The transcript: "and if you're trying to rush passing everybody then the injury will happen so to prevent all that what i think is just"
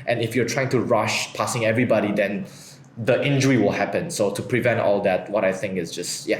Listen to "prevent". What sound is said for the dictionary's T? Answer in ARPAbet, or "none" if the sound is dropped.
T